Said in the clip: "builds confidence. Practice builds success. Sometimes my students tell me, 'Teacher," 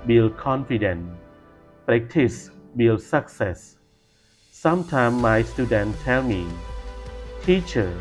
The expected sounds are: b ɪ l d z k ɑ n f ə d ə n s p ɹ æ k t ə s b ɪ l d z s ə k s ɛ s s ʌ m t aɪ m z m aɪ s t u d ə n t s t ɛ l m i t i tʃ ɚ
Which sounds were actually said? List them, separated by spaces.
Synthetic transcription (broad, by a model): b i l k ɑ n f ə d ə n p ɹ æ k t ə s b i l s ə k s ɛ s s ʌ m t aɪ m m aɪ s t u d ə n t t ɛ l m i t i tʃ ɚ